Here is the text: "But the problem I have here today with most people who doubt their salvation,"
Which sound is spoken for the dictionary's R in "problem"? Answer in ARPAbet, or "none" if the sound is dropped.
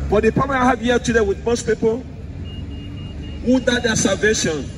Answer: none